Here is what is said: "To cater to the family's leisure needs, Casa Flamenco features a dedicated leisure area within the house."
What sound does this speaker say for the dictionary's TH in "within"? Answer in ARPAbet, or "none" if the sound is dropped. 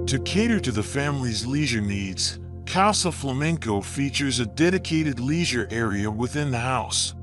TH